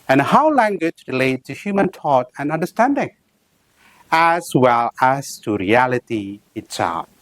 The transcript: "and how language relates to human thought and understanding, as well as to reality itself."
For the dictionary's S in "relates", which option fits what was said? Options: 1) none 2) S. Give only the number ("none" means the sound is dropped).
1